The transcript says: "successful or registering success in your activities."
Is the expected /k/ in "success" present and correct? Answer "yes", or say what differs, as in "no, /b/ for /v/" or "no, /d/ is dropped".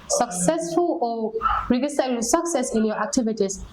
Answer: yes